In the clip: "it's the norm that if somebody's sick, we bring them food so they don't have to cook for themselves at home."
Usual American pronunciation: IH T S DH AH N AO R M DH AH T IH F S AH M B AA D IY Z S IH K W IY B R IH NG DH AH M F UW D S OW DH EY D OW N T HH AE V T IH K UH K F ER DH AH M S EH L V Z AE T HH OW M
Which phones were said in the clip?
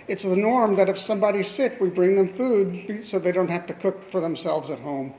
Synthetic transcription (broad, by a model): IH T S DH AH N AO R M DH AH T IH F S AH M B AA D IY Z S IH K W IY B R IH NG DH AH M F UW D S OW DH EY D OW N T HH AE F T IH K UH K F ER DH AH M S EH L V Z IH T HH OW M